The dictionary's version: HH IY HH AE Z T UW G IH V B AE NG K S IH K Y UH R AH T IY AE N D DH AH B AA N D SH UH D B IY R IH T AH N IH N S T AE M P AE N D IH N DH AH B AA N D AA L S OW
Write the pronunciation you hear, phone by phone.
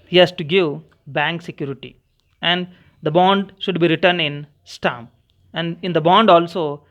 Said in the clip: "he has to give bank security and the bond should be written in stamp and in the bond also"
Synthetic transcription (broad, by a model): HH IY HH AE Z T UW G IH V B AE NG K S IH K Y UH R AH T IY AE N D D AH B AA N D SH UH D B IY R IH T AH N IH N S T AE M AE N D IH N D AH B AA N D AA L S OW